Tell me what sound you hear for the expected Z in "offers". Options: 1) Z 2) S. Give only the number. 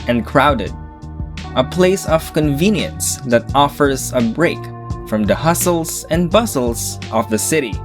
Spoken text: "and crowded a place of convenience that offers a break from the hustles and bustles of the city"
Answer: 1